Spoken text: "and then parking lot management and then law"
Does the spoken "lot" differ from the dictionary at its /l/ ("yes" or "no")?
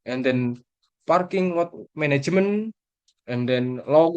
yes